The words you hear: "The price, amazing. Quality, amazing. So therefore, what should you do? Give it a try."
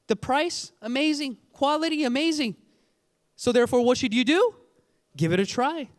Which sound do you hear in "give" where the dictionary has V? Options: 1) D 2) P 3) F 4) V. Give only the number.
4